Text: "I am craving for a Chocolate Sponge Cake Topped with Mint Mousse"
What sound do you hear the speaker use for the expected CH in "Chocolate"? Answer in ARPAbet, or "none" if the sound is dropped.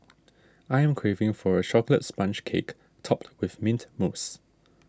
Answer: SH